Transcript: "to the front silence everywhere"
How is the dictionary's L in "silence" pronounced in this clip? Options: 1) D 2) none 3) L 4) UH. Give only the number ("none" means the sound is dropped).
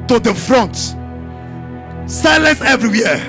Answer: 3